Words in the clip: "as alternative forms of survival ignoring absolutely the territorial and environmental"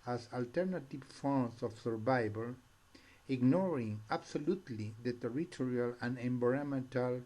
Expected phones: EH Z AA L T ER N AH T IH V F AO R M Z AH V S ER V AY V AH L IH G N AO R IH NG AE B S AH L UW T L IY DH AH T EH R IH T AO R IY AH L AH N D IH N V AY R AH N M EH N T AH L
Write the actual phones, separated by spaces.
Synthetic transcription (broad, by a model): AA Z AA L T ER N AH T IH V F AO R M S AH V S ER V AY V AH L IH G N AO R IH NG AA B S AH L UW T L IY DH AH T EH R IH T AO R IY AH L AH N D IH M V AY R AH M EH N T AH L